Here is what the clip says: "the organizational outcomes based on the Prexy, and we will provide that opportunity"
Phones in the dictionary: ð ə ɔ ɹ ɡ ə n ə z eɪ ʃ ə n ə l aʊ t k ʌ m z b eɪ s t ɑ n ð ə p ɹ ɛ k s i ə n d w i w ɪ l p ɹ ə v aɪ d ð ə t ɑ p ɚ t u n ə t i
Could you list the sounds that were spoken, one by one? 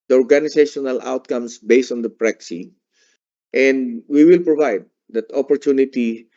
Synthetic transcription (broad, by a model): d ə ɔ ɹ ɡ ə n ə s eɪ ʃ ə n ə l aʊ t k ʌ m s b eɪ s t ɑ n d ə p ɹ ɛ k s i ə n d w i w ɪ l p ɹ ə v aɪ d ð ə t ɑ p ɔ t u n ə t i